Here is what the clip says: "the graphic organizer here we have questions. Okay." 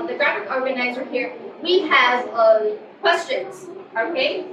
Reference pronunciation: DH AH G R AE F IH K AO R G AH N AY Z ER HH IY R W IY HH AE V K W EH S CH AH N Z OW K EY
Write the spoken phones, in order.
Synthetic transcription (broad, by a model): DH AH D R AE F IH K AO R G AH N AY Z ER HH IY R W IY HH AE V K W EH S CH AH N Z OW K EY